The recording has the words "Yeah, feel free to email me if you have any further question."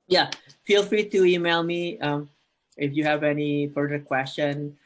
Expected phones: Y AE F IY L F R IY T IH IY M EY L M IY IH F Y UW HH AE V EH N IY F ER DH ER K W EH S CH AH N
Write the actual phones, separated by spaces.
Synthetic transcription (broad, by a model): Y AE F IY L F R IY T IH IY M EY L M IY IH F Y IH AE V EH N IY P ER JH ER K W EH S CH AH N